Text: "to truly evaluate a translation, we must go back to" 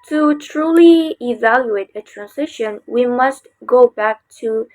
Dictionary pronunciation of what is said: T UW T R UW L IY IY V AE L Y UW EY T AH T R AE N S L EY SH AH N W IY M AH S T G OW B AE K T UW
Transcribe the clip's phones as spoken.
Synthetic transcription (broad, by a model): T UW T R UW L IY IY V AE L Y UW EY T AH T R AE N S IH SH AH N W IY M AH S T G OW B AE K T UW